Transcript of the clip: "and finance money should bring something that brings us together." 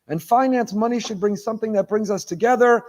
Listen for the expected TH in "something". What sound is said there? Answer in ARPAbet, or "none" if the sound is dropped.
TH